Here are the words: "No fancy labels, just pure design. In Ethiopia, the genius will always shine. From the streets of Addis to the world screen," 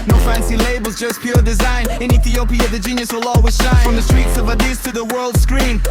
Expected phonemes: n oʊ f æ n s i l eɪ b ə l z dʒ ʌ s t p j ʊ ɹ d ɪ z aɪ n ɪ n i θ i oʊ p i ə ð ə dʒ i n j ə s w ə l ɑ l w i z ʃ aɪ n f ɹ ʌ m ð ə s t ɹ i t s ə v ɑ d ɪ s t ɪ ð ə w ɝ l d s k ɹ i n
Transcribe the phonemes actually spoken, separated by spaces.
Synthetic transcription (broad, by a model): n oʊ f æ n s i l eɪ b ə l z dʒ ʌ s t p j ʊ ɹ d ɪ z aɪ n ɪ n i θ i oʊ p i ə ð ə dʒ i n j ə s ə l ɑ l w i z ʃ aɪ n f ɹ ʌ m ð ə s t ɹ i t s ə v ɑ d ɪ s t ɪ ð ə w ɝ l d s k ɹ i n